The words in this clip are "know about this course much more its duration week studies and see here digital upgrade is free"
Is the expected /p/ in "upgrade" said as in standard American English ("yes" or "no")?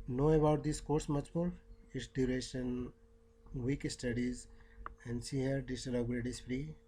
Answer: no